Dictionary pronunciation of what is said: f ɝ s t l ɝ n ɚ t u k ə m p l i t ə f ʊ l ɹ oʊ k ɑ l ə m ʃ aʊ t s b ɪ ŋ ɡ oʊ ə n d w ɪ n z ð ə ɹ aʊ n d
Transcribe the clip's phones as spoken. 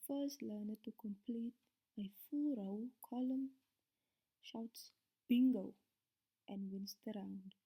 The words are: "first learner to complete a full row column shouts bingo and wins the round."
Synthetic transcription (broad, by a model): f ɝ s t l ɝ n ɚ t u k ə m p l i t ə f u l ɹ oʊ k ɑ l ə m ʃ aʊ t s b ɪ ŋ ɡ oʊ ə n d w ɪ n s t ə ɹ aʊ n d